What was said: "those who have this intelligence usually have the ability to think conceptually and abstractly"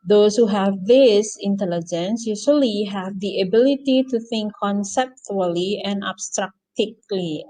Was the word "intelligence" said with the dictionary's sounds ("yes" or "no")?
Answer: yes